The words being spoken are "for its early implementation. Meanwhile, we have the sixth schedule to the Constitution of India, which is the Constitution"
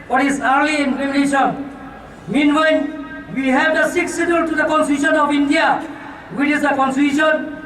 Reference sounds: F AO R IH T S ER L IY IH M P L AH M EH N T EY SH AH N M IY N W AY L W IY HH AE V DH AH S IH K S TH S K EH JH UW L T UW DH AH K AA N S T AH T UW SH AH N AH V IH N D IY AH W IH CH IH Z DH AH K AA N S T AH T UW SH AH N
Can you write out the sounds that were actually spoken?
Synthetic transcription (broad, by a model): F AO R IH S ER L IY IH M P AH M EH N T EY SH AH N M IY N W AY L W IY HH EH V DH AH S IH K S S EH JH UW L T UW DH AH K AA N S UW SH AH N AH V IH N D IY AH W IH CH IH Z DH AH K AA N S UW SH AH N